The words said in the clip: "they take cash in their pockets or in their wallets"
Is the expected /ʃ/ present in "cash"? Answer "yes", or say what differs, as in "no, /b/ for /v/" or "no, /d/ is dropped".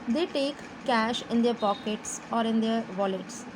yes